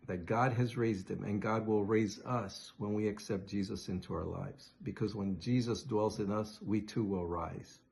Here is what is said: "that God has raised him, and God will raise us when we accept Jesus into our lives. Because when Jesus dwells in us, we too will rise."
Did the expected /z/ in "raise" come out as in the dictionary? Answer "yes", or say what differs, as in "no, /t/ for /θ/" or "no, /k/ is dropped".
yes